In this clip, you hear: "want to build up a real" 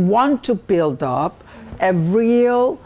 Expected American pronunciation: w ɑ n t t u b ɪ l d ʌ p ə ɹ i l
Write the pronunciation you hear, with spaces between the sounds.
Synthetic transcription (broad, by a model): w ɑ n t t u b ɪ l d ʌ p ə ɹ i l